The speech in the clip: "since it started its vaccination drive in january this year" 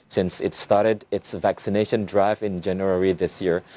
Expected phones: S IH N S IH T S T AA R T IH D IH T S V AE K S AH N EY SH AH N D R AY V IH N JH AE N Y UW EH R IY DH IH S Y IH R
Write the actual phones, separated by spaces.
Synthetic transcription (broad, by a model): S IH N S IH T S T AA R T IH D IH T S V AE K S AH N EY SH AH N D R AY V IH N JH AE N Y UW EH R IY DH IH S Y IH R